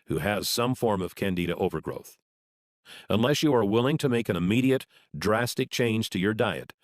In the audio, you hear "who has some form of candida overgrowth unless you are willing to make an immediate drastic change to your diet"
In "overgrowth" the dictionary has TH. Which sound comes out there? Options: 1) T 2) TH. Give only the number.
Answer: 2